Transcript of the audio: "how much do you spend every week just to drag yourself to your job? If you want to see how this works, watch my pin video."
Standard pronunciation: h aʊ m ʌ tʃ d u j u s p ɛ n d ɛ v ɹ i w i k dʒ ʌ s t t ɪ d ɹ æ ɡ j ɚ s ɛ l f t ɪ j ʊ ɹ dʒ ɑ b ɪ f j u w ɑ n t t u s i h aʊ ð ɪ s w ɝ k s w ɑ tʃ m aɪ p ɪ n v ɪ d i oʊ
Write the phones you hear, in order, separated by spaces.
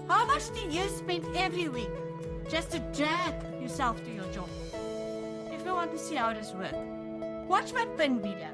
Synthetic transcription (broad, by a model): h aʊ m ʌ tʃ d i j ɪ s p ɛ n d ɛ v ɹ i w i k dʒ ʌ s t t ɪ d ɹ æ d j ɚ s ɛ l f t ɪ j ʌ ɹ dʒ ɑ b ɪ f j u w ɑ n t t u s i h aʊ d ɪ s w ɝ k w ɑ tʃ m aɪ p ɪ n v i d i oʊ